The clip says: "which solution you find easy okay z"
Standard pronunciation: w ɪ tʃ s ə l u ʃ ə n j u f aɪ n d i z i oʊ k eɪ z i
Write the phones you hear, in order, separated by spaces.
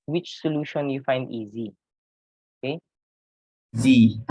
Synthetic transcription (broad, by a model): w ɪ tʃ s ə l u ʃ ə n j u f aɪ n d i z i oʊ k eɪ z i